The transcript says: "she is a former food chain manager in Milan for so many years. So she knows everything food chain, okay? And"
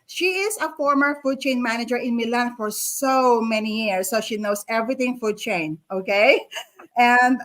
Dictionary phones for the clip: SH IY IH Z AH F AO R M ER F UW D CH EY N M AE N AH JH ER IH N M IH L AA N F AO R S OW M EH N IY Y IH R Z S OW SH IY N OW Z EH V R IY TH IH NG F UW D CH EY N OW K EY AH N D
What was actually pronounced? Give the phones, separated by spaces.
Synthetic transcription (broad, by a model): SH IY IH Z AH F AO R M ER F UW D CH EY N M AE N AH JH ER IH N M IH L AA N F AO R S OW M EH N IY Y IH R S OW SH IY N OW S EH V R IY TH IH NG F UW D CH EY N OW K EY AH N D